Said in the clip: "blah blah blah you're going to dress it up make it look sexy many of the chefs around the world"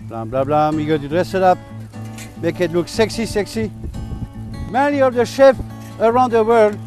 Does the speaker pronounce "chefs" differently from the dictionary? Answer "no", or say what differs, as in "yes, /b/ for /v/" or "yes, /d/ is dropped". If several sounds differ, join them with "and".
yes, /s/ is dropped